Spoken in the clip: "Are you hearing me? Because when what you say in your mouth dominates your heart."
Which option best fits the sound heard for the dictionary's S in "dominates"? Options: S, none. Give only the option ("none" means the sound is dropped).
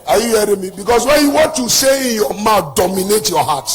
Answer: none